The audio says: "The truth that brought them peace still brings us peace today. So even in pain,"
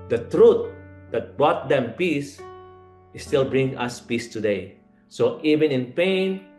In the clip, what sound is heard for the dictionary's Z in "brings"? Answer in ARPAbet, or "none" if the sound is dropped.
none